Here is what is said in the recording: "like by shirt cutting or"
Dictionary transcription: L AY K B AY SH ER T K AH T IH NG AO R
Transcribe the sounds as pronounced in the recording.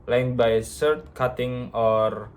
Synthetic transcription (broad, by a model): L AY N B AY S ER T K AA T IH NG AO R